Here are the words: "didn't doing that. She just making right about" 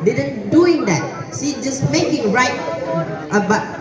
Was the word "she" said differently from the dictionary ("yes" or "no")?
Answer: yes